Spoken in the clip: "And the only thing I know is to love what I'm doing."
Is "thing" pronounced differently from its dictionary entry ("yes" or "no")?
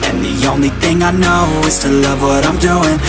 no